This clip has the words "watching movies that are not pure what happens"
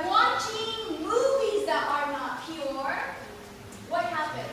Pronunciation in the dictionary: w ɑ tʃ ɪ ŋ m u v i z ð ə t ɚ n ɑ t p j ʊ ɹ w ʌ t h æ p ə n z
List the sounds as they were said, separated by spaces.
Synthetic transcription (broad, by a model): w ɑ tʃ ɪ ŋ m u v i z ð ə t ɚ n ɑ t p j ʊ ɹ w ʌ t h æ p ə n